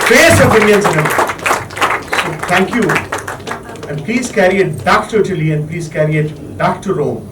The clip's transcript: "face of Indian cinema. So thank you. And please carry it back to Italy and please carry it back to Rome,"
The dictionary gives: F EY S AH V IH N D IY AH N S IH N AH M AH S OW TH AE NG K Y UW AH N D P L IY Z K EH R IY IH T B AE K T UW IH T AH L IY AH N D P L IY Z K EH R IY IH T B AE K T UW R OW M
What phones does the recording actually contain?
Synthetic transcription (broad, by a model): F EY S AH P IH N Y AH N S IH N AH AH S OW T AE NG K Y UW AH N D P L IY Z K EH R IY IH T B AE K T UW IH T AH L IY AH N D P L IY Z K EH R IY IH T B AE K T UW R OW M